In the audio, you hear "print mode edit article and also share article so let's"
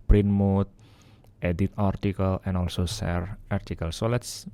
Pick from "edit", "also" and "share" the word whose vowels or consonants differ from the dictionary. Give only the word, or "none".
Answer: share